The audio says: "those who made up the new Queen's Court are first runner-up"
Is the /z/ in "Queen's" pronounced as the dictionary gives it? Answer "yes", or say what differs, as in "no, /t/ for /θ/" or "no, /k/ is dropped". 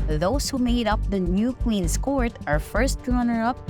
no, /s/ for /z/